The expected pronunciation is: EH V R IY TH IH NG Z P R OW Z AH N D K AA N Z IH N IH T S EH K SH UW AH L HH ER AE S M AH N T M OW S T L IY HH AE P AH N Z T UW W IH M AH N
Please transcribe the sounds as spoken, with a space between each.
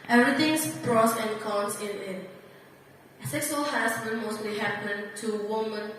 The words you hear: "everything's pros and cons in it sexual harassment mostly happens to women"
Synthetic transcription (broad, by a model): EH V R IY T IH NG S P R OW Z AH N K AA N S IH N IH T S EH K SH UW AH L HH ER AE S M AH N M OW S T L IY HH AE P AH N T UW W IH M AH N